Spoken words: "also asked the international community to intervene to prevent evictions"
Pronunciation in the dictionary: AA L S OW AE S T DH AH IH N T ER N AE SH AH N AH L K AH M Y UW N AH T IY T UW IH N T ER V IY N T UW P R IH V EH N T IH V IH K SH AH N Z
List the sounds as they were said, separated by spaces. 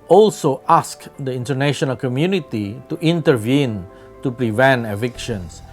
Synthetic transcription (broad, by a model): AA L S OW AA S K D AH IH N T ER N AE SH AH N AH L K AH M Y UW N AH T IY T UW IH N T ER V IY N T UW P R IH V EH N T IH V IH K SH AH N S